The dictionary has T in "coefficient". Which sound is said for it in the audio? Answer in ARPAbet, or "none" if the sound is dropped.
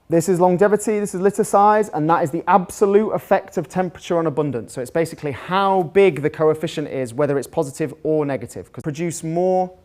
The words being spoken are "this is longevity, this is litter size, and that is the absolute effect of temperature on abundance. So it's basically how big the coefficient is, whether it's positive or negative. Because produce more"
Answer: T